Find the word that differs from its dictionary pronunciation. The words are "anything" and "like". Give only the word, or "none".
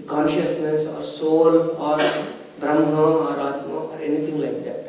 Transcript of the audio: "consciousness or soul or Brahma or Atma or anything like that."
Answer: anything